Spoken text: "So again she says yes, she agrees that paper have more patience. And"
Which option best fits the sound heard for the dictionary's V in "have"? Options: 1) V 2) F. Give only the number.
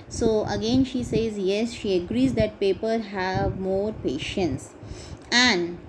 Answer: 1